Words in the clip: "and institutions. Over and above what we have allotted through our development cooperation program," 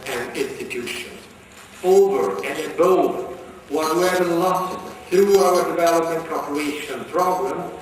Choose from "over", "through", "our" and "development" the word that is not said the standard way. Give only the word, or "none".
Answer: none